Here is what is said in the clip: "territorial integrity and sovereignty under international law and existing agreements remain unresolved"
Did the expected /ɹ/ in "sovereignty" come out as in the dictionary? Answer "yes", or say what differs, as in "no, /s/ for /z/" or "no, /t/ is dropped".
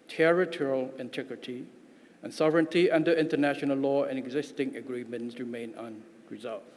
yes